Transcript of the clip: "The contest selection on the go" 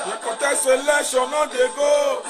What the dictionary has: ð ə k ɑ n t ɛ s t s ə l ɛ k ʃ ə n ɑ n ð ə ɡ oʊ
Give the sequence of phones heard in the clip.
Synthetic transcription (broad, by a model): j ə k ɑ t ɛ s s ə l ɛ ʃ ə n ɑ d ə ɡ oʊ